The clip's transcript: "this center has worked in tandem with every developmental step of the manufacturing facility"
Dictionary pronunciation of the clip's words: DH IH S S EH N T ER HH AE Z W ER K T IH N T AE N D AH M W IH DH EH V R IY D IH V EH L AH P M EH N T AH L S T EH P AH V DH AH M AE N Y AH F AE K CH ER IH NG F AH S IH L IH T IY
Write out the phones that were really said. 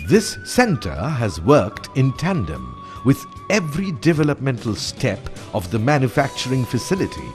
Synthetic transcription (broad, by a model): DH IH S S EH N T ER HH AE Z W ER K T IH N T AE N D AH M W IH DH EH V R IY D IH V EH L AH P M EH N T AH L S T EH P AH V DH AH M AE N Y AH F AE K CH ER IH NG F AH S IH L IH T IY